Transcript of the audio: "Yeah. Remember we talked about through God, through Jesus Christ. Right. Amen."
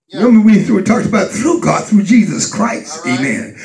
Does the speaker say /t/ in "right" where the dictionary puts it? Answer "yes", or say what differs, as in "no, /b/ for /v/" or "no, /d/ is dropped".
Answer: no, /t/ is dropped